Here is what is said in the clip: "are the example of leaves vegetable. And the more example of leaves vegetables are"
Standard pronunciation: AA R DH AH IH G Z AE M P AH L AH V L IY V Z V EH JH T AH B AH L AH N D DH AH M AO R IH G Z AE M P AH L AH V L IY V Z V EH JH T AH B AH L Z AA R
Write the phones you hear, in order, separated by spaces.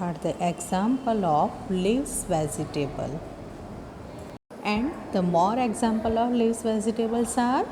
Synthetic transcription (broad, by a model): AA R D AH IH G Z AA M P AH L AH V L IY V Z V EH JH T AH B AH L AH N D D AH M AO R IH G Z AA M P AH L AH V L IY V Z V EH Z T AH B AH L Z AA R